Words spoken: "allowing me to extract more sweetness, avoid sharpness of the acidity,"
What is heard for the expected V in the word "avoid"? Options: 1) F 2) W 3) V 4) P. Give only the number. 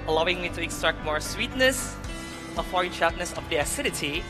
1